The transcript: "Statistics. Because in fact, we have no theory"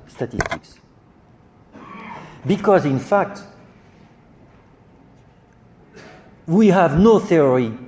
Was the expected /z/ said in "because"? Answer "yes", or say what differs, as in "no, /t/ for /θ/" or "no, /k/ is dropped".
yes